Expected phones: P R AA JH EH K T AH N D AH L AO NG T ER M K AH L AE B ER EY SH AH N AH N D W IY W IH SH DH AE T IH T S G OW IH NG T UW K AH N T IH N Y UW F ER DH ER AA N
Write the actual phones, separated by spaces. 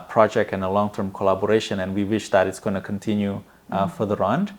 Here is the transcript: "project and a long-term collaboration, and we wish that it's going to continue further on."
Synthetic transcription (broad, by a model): P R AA JH EH K T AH N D AH L AO NG T ER M K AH L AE B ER EY SH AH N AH N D W IY W IH SH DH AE T IH T S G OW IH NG T UW K AH N T IH N Y UW F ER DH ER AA N